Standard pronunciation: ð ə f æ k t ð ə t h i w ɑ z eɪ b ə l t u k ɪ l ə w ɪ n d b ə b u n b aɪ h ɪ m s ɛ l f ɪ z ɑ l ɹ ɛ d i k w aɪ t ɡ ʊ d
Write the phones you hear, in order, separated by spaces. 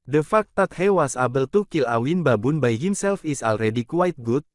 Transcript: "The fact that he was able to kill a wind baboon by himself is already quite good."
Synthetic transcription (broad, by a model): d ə f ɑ k t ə t h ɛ w ɑ s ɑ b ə l t u k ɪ l ə w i n b ə b u n b aɪ h ɪ m s ɛ l f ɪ s ɑ l ɹ ɛ d i k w aɪ t ɡ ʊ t